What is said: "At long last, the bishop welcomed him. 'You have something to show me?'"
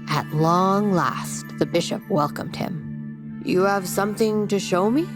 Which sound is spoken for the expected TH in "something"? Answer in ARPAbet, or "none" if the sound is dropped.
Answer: TH